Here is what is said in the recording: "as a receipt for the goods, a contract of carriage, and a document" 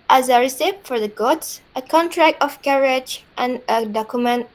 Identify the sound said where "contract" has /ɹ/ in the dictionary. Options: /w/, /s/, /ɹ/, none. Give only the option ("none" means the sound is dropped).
/ɹ/